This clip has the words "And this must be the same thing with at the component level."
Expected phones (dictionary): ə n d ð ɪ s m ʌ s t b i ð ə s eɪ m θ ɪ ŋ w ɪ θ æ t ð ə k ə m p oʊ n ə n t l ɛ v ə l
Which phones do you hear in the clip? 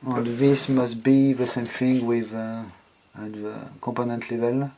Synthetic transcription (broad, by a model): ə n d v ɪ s m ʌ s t b i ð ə s eɪ m f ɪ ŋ w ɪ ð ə k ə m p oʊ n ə n t l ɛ v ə l